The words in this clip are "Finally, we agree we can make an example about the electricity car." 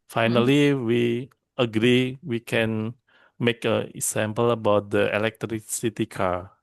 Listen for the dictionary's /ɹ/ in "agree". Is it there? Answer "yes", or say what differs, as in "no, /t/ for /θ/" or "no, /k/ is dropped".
yes